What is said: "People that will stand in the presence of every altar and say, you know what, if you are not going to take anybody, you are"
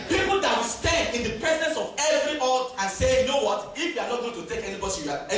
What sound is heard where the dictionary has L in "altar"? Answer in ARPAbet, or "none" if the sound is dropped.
none